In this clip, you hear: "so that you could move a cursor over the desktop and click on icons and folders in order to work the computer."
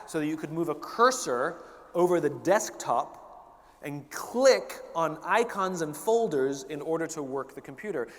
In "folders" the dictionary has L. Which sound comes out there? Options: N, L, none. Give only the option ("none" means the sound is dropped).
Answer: L